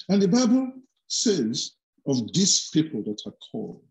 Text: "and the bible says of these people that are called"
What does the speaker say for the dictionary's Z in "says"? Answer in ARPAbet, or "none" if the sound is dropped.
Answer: Z